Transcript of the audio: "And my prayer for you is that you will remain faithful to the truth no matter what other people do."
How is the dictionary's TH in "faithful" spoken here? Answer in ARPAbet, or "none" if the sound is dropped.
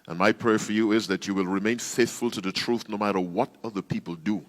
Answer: TH